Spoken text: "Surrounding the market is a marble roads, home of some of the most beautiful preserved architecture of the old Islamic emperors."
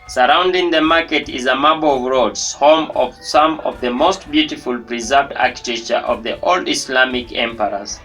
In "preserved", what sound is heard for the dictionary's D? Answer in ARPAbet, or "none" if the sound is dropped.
D